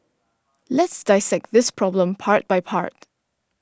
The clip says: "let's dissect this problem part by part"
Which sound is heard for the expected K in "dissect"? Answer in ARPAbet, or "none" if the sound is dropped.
K